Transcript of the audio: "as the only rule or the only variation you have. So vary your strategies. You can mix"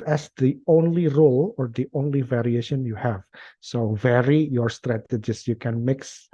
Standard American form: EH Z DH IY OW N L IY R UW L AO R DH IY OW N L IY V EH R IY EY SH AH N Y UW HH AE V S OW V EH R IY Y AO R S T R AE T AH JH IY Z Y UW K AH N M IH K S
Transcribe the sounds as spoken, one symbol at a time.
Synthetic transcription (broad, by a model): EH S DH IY OW N L IY R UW L AO R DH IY OW N L IY V EH R IY EY SH AH N Y UW HH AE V S OW V EH R IY Y AO R S T R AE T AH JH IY S Y UW K AH N M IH K S